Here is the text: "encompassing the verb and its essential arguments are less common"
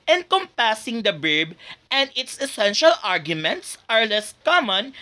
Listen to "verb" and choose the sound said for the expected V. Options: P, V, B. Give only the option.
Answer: B